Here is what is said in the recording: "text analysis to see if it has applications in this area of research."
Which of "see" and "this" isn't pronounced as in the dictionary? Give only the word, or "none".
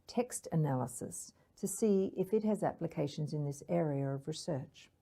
none